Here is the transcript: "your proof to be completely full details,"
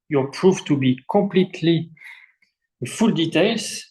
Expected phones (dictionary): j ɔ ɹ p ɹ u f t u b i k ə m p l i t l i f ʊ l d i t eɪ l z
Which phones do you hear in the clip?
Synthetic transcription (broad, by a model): j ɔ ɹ p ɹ u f t u b i k ə m p l i t l i f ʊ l d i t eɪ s